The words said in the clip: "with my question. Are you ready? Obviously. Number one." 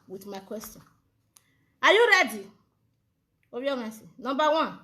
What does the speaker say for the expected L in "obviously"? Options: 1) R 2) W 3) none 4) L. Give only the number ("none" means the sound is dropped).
3